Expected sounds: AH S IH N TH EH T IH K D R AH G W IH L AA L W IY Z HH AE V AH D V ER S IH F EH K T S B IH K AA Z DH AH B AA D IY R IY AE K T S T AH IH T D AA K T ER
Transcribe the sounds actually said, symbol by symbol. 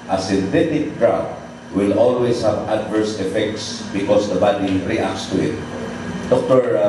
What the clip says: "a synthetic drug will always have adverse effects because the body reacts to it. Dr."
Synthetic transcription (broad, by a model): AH S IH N T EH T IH K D R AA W W IH L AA L W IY S HH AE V AH D V ER S IH F EH K T S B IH K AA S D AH B AA D IY R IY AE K S T AH IH T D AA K T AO